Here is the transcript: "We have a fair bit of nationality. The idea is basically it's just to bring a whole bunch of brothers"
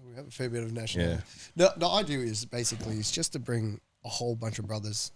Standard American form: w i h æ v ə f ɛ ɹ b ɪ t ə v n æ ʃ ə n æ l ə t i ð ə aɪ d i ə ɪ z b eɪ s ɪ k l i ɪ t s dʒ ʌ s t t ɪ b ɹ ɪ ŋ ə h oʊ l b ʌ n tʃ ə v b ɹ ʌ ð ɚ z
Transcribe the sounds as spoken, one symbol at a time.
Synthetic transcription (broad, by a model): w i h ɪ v ə f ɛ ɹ b ɪ t ə v n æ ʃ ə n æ n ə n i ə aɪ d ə ɪ z b eɪ s ɪ k l i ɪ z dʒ ʌ s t t ɪ b ɹ ɪ ŋ ə h oʊ l b ʌ n tʃ ə v b ɹ ʌ ð ɚ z